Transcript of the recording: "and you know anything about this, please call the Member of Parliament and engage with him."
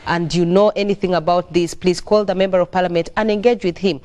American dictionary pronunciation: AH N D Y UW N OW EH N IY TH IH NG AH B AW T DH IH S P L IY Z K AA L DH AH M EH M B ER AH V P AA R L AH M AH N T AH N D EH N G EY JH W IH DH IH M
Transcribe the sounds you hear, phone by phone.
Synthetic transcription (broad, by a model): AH N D Y UW N OW EH N IY TH IH NG AH B AW T DH IH S P L IY Z K AA L DH AH M EH M B ER AH V P AA R L AH M AH N T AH N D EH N G EY JH W IH DH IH M